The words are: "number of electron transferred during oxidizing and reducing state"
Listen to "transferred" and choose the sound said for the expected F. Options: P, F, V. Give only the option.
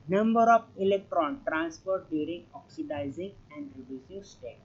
P